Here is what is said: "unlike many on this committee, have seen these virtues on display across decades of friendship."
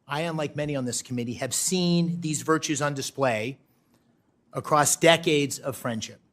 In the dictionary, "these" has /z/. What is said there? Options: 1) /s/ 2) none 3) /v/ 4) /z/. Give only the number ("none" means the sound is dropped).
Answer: 4